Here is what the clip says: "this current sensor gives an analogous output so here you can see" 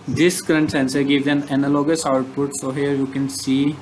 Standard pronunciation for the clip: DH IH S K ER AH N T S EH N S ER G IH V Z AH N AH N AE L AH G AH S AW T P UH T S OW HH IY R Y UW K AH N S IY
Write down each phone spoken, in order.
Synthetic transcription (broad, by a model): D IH S K ER AH N T S EH N S ER G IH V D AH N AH N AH L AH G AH S AW T P UH T S OW HH IY R Y UW K AH N S IY